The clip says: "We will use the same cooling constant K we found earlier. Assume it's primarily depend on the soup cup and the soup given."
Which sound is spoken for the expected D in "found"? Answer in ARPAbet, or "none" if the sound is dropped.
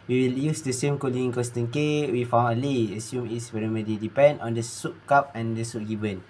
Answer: none